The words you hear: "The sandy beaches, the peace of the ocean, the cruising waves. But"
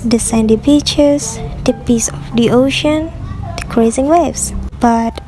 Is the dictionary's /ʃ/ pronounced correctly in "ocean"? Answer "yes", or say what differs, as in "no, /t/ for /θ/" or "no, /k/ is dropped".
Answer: yes